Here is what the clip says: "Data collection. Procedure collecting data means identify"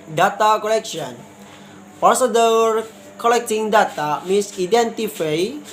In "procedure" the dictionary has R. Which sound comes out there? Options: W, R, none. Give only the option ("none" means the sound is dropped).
none